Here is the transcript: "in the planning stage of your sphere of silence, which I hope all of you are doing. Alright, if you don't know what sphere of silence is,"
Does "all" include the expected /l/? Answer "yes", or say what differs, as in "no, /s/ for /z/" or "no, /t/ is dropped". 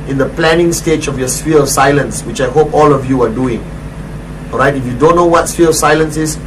yes